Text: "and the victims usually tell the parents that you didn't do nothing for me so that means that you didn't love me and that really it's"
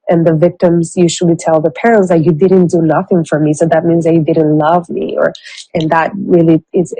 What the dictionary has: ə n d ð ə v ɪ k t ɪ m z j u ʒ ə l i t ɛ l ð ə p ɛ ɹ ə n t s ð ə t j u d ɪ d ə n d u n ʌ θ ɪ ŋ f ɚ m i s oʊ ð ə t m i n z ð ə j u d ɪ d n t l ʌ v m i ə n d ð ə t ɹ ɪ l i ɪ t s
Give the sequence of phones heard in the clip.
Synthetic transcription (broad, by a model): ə n ð ə v ɪ k t ɪ m z j u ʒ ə l i t ɛ l ð ə p ɛ ɹ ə n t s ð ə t j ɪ d ɪ d n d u n ʌ θ ɪ ŋ f ɚ m i s oʊ ð ə t m i n z ð ə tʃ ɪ d ɪ d n t l ʌ v m i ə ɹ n ð ə t ɹ ɪ l i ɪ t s